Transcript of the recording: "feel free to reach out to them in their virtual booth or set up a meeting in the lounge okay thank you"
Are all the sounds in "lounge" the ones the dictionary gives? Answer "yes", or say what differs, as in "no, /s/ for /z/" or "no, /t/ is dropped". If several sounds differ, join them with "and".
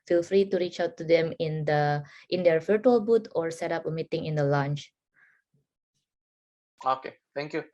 no, /tʃ/ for /dʒ/